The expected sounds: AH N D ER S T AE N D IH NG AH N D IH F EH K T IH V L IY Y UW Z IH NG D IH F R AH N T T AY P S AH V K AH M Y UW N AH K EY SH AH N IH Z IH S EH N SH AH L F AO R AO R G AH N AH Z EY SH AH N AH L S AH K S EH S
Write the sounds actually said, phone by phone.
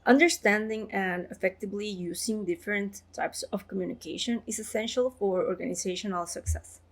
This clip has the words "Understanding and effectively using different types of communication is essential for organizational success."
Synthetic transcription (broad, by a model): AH N D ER S T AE N D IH NG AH N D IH F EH K T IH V L IY Y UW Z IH NG D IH F R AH N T T AY P S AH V K AH M Y UW N AH K EY SH AH N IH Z IH S EH N SH AH L F AO R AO R G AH N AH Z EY SH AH N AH L S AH K S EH S